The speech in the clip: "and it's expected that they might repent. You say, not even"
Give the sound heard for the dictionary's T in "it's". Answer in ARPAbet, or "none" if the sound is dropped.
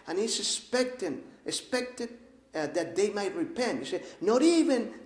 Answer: S